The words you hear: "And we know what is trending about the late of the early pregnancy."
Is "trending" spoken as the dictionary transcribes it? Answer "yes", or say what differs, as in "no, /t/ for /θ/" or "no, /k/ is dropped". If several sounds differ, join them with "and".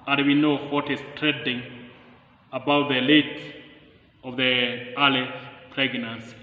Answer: no, /n/ is dropped